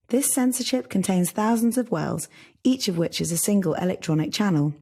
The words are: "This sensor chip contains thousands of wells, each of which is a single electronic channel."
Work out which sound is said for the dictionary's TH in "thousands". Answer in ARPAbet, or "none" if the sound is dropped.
TH